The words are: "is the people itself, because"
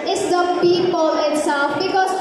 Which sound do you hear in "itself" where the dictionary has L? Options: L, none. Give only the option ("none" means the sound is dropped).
none